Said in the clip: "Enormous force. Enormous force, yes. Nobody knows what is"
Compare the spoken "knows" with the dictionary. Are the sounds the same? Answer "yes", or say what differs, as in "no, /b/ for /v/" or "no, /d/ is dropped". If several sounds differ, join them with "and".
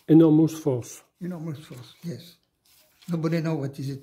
no, /z/ is dropped